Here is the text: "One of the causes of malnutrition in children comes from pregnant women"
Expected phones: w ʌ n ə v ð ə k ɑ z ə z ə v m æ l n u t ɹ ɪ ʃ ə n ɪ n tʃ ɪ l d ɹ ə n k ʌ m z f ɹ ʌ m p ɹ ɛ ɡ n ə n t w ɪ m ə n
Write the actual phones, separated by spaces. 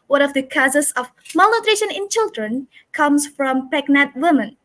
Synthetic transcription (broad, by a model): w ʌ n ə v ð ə k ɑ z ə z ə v m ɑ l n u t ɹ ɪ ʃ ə n ɪ n tʃ ɪ l d ɹ ə n k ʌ m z f ɹ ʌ m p ɛ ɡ n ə t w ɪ m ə n